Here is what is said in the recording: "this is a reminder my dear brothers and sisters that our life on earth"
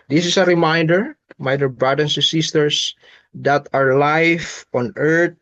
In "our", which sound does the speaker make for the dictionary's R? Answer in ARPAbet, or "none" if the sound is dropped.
R